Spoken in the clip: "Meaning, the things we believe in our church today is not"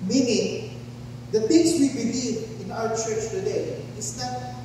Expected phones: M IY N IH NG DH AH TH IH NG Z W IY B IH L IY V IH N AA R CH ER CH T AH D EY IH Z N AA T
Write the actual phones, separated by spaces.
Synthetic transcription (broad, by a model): M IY N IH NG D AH T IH NG S W IY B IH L IY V IH N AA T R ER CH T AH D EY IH S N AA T